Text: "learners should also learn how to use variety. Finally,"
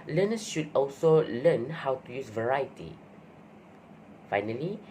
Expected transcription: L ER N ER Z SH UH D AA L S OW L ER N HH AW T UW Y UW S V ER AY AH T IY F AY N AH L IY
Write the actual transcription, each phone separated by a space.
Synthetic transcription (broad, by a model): L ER N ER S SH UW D AA L S OW L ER N HH AW T UW Y UW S V ER AY AH T IY F AY N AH L IY